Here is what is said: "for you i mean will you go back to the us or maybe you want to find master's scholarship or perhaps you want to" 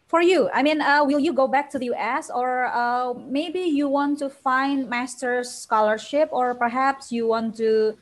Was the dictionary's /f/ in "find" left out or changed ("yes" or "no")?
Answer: no